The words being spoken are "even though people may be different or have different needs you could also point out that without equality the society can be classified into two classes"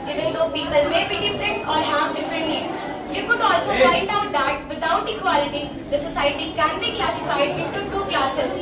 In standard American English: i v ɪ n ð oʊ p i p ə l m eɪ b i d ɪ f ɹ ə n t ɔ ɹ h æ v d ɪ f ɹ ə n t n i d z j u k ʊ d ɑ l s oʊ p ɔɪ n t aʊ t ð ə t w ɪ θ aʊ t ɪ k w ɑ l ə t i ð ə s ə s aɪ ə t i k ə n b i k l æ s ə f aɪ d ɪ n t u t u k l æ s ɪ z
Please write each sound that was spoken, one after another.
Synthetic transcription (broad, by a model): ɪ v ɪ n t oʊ p i p ə l m eɪ b i d ɪ f ɹ ə n t ɔ ɹ h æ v d ɪ f ɹ ə n t l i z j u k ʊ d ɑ l s oʊ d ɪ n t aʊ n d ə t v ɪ t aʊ t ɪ k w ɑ l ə t i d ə s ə s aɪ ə t i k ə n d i k l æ s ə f aɪ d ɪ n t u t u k l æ s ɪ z